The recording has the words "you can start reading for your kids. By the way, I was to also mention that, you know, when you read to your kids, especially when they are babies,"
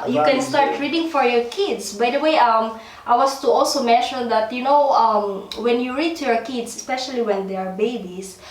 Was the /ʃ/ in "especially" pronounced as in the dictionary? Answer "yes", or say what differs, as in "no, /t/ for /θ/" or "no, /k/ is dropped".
yes